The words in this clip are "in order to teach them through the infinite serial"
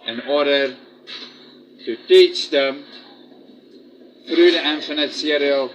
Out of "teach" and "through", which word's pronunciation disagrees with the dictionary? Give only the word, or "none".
through